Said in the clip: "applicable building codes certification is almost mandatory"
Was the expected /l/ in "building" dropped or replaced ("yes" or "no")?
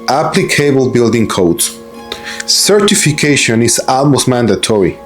no